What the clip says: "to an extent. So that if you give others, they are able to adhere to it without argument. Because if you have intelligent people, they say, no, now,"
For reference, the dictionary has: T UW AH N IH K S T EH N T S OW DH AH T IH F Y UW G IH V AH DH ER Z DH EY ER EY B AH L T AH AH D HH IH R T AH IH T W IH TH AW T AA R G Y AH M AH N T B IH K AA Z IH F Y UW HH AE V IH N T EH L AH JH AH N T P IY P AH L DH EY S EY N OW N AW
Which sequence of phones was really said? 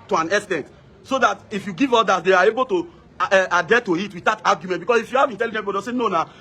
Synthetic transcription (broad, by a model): T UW AH N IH S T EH N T S OW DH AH T IH F Y UW G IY V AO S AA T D EY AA EY B AH L T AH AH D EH T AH IH T W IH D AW T AA G Y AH M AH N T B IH K AA S IH F Y UW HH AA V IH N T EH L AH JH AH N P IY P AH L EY S EY N OW N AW